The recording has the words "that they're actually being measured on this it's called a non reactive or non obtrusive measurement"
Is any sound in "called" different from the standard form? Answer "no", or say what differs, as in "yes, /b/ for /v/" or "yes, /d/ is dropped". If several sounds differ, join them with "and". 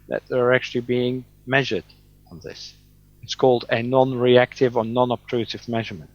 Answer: no